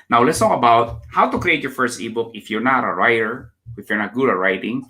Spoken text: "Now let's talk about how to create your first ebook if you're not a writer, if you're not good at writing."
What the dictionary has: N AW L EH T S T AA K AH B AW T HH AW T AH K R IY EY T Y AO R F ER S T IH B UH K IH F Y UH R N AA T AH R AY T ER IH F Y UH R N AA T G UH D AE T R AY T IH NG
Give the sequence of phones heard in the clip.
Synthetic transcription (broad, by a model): N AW L EH T S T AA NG AH B AW T HH AW T AH K R IY EY T Y AO R F ER S T IH B UH K IH F Y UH R N AA T AH R AY T ER IH F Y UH R N AA T G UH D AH R AY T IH NG